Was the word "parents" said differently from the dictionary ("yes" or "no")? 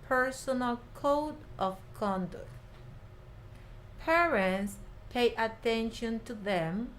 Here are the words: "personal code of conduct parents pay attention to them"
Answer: no